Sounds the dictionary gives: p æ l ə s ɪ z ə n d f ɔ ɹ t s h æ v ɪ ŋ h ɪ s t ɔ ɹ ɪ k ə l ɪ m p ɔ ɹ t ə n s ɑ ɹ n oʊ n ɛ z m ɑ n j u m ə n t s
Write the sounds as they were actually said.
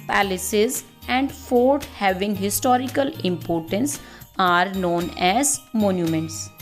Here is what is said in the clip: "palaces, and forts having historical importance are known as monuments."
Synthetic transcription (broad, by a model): p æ l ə s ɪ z ə n d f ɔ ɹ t h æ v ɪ ŋ h ɪ s t ɔ ɹ ɪ k ə l ɪ m p ɔ ɹ t ə n s ɑ ɹ n oʊ n ɛ z m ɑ n j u m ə n t s